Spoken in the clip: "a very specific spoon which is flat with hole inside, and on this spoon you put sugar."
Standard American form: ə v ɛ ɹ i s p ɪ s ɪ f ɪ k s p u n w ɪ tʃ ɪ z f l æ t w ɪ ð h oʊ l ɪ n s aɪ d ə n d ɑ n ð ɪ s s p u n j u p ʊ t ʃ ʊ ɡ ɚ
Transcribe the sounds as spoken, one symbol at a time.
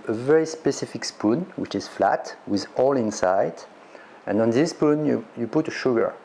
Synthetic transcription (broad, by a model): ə v ɛ ɹ i s p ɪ s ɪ f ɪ k s p u n w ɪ tʃ ɪ z f l æ t w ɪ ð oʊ l ɪ n s aɪ d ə n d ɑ n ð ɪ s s p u n j u p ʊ t ʃ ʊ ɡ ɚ